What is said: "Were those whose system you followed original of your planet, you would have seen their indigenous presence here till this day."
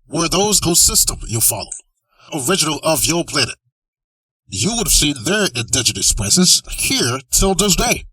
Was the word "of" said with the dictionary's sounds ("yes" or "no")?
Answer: yes